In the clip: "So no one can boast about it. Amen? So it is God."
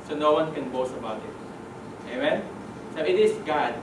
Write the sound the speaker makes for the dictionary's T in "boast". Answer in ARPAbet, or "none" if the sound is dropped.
none